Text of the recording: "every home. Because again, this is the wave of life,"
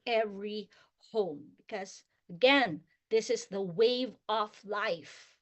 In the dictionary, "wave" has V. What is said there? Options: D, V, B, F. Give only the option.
V